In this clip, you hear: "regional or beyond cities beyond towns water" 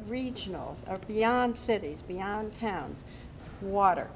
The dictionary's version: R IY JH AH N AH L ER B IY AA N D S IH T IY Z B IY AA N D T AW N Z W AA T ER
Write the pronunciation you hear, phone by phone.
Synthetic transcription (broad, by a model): R IY JH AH N L ER B IY AA N D S IH T IY Z B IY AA N T AW N Z W AA T ER